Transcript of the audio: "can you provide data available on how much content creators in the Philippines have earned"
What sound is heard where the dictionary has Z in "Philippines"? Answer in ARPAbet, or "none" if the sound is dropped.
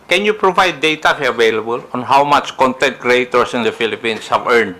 S